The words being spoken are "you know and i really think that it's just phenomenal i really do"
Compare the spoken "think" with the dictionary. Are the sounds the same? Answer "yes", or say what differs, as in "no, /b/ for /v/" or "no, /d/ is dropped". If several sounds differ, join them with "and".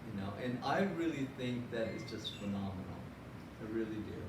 yes